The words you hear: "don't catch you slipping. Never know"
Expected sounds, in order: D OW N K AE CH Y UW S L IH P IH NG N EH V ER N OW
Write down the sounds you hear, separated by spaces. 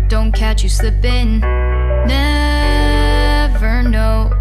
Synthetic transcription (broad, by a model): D OW N K AE CH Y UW S IH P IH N N EH V ER N OW